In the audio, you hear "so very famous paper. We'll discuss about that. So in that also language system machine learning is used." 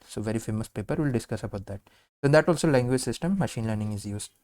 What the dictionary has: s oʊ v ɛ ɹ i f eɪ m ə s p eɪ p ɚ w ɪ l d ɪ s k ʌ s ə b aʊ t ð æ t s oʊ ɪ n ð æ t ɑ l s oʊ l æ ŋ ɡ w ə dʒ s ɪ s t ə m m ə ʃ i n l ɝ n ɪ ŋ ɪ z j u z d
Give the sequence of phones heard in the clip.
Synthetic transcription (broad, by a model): s oʊ v ɛ ɹ i f eɪ m ə s p eɪ p ɚ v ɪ l d ɪ s k ʌ s ə b aʊ t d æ t s oʊ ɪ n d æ t ɑ l s oʊ l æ ŋ ɡ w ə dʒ s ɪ s t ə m m ə ʃ i n l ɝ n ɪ ŋ ɪ z j u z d